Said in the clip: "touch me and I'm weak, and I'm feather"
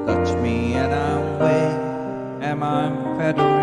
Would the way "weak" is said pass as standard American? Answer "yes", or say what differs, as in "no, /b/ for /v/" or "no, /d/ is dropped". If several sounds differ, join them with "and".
no, /k/ is dropped